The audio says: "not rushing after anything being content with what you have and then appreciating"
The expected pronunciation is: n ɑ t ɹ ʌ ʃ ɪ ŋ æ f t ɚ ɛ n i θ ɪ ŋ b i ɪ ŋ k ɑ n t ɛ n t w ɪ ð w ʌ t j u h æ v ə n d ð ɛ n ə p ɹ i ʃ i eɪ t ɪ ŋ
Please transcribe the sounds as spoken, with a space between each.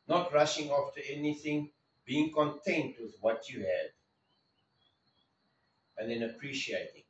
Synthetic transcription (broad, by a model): n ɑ t ɹ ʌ ʃ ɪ ŋ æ f t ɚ ɛ n i θ ɪ ŋ b i ɪ ŋ k ɑ n t ɛ n t w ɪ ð w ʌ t j u h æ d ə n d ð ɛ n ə p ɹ i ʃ i eɪ t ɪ ŋ